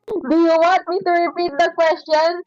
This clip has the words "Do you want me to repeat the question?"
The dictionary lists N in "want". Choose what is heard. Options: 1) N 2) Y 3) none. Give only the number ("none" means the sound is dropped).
3